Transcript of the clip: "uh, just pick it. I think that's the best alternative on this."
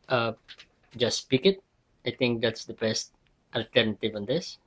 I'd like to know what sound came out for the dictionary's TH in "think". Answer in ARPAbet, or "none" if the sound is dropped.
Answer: T